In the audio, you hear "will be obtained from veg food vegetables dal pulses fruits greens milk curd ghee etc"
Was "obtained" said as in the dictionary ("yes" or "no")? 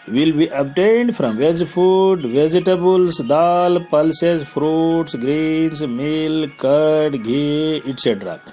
yes